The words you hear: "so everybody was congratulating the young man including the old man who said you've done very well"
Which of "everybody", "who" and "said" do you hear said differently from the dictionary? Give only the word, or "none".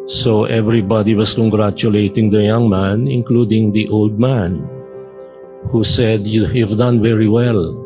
none